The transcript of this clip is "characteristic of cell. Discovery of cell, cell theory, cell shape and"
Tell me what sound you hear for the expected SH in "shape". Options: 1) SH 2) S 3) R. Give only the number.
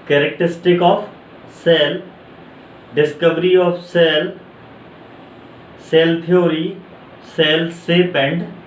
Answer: 2